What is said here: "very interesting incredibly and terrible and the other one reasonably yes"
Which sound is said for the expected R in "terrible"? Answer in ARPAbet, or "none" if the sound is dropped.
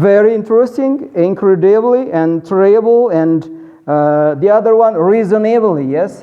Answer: none